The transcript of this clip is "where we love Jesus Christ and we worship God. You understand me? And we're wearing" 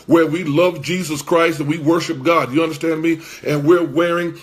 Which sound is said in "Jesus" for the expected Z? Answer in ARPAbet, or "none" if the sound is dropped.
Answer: Z